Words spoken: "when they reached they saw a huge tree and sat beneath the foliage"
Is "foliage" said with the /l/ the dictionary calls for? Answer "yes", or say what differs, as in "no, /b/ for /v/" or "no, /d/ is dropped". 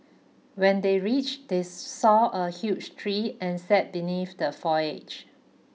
no, /l/ is dropped